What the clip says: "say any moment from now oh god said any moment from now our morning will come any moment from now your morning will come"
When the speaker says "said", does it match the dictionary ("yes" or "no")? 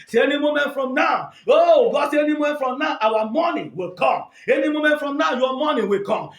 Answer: no